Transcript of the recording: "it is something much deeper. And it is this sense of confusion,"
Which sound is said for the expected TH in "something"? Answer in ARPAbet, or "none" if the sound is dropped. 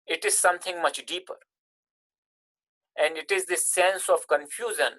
T